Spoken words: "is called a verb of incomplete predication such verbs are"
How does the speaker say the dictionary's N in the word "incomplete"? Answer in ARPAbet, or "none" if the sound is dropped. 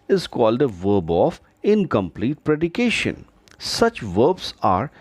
N